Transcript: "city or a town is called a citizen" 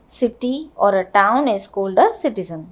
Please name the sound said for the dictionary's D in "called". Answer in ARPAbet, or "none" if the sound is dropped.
D